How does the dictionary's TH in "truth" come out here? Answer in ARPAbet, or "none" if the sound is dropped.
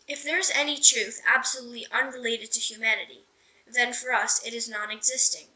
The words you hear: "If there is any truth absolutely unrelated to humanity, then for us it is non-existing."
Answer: TH